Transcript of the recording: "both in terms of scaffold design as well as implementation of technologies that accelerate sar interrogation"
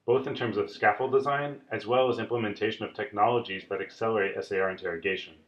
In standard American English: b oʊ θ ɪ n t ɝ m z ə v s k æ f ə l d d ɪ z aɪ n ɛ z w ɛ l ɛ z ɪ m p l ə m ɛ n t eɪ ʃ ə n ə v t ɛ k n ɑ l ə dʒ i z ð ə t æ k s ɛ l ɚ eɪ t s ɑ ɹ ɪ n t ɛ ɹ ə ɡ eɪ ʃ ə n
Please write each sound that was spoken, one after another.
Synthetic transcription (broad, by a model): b oʊ θ ɪ n t ɝ m z ə v s k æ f l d d ɪ z aɪ n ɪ z w ɛ l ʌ z ɪ m p l ə m ɛ n t eɪ ʃ ə n ə v t ɛ k n ɑ l ə dʒ i z ð ə t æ k s ɛ l ɚ eɪ t s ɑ ɹ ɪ n t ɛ ɹ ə ɡ eɪ ʃ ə n